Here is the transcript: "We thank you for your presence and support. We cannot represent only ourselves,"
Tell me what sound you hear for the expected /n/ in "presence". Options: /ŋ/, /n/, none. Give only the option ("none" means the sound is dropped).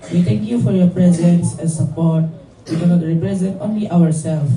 /n/